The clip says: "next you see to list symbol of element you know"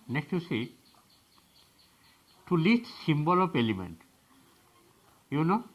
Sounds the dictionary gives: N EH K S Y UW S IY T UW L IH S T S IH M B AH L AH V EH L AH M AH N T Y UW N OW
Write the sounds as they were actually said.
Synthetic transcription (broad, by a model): N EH K S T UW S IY T UW L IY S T S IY M B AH L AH P EH L AH M AH N T Y UW N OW